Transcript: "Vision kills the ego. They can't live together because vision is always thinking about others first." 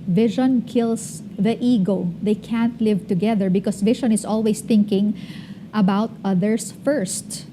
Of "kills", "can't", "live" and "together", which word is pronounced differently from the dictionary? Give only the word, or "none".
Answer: kills